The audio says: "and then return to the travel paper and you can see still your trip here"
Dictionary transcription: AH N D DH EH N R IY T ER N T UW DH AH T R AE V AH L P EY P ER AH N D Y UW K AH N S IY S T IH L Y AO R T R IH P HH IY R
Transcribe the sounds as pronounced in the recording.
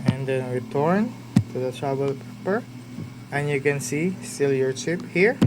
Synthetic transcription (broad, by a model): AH N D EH N R IY T ER N T UW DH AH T R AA B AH L P EY P ER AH N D Y UW K AH N S IY S T IH L Y AO R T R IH P HH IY R